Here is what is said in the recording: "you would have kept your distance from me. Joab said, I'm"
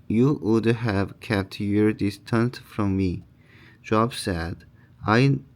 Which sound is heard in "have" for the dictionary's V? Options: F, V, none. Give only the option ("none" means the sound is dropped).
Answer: V